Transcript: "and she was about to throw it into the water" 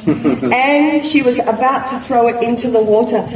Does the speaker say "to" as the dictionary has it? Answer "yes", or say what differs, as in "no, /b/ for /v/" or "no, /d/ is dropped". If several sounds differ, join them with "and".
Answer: yes